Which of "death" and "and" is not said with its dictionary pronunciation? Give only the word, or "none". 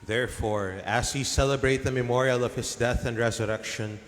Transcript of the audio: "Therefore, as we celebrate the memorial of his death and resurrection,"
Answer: none